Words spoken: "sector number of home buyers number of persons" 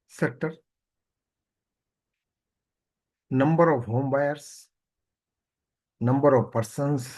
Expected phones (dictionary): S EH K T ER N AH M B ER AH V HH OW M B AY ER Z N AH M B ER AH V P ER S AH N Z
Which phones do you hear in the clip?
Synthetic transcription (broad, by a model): S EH K T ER N AH M B ER AH V HH OW M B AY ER S N AH M B ER AH V P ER S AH N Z